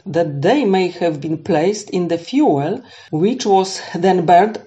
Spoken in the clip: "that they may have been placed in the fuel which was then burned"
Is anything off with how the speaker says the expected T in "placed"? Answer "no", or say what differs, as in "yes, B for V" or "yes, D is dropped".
no